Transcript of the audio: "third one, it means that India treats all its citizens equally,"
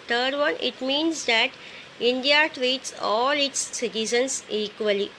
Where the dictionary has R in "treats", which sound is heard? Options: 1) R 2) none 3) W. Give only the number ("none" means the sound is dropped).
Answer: 1